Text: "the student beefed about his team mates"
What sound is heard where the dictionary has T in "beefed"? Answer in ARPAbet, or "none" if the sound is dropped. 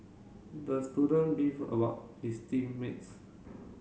none